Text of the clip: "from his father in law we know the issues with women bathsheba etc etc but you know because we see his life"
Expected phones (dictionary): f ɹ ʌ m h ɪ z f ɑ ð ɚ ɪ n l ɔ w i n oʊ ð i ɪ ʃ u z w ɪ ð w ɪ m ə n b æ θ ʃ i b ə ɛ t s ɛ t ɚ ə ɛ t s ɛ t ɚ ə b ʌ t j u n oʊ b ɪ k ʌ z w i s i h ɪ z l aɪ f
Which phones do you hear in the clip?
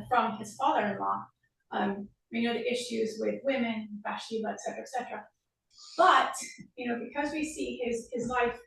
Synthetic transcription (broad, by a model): f ɹ ʌ m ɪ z f ɑ ð ɚ ɪ n l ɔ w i n oʊ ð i ɪ ʃ u z w ɪ ð w ɪ m ə n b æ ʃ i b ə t s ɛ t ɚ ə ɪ t s ɛ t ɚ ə b ʌ t j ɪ n oʊ b ɪ k ʌ z w i s i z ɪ z l aɪ f